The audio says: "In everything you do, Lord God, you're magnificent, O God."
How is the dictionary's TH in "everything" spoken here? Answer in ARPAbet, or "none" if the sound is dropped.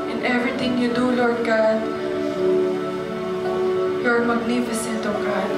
T